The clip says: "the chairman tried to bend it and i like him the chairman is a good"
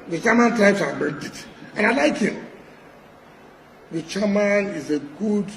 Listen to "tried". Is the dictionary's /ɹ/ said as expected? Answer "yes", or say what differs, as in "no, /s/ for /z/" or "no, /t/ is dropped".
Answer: no, /ɹ/ is dropped